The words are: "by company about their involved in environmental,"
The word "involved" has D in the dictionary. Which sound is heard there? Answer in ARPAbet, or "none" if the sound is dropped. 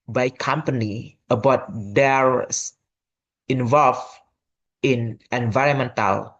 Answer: none